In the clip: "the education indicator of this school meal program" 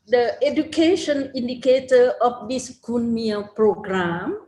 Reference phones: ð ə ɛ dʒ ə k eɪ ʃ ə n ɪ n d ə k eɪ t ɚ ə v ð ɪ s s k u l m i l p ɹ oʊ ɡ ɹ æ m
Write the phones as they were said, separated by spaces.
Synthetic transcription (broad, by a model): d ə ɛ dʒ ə k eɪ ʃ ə n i n d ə k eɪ t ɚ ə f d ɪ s s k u n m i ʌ p ɹ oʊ ɡ ɹ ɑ m